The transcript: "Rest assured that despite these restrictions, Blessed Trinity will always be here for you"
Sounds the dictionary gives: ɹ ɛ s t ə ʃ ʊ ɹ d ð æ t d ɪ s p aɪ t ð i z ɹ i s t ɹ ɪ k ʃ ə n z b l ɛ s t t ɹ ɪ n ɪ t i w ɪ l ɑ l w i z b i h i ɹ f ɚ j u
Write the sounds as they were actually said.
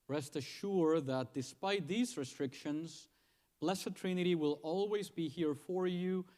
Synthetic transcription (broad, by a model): ɹ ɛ s t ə ʃ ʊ ɹ ð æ t d ɪ s p aɪ t ð i z ɹ i s t ɹ ɪ k ʃ ə n z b l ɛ s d t ɹ ɪ n ɪ t i w ɪ l ɑ l w i z b i h i ɹ f ɚ j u